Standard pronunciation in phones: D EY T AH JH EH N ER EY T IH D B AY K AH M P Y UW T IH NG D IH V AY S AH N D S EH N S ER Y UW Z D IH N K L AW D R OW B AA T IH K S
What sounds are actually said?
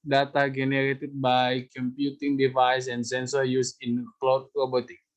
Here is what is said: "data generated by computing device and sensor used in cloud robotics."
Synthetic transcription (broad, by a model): D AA T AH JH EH N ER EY T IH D B AY K AH M P Y UW T IH NG D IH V AY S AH N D S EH N S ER Y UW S IH N K L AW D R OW B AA T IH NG